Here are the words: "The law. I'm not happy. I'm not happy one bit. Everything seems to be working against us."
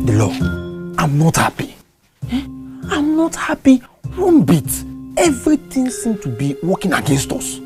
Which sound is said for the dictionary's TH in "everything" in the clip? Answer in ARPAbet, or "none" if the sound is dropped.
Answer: T